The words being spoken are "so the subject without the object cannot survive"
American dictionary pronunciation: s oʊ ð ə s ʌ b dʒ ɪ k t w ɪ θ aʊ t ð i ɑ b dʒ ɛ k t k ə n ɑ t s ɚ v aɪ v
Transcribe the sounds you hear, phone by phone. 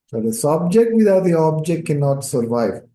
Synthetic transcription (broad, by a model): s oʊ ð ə s ʌ b dʒ ɪ k t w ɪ t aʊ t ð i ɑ b dʒ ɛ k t k ə n ɑ t s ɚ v aɪ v